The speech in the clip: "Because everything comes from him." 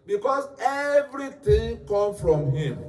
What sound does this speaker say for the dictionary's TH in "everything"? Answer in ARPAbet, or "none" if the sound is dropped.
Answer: T